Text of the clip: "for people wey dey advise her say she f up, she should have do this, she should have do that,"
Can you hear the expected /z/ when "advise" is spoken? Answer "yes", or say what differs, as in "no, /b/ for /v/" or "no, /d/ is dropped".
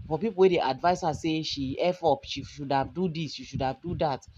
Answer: no, /s/ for /z/